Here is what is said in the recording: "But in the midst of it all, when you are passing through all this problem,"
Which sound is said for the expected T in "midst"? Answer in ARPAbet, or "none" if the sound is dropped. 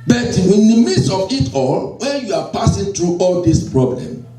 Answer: none